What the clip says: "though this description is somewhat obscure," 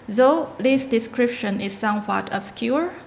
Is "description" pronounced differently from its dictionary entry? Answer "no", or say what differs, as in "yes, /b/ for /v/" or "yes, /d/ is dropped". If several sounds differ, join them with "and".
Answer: no